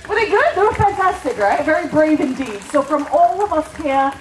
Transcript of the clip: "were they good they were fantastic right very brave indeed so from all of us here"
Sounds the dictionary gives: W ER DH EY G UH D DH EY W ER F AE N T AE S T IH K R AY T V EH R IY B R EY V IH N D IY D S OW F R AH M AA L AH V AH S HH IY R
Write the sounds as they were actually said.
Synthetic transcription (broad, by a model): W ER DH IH G UH D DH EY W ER F AE N T AE S T IH K R AY T V EH R IY B R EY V IH N D IY D S OW F R AH M AA L AH V AH S HH IY R